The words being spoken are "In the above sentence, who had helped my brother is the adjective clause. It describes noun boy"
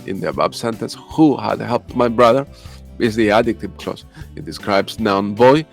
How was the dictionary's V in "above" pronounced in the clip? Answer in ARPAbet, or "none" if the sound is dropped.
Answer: B